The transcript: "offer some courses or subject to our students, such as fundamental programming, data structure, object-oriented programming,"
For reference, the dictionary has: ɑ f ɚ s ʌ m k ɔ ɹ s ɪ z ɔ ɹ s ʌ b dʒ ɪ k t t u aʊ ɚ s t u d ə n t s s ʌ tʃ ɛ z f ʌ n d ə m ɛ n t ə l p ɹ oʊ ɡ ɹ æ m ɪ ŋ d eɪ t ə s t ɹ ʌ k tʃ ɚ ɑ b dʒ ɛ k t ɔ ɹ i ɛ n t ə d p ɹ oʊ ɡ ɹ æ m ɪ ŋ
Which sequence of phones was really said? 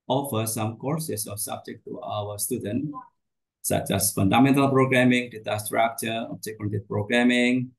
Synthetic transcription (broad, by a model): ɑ f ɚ s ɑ m k ɔ ɹ s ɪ s ɔ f s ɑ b dʒ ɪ k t t u aʊ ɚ s t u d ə n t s s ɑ tʃ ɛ s f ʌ n d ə m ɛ n t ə l p ɹ oʊ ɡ ɹ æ m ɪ ŋ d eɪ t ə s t ɹ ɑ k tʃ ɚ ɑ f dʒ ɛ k ɔ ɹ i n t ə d p ɹ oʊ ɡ ɹ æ m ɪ ŋ